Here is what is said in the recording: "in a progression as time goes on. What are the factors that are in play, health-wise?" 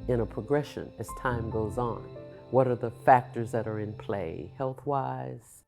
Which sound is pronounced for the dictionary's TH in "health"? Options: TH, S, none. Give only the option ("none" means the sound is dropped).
TH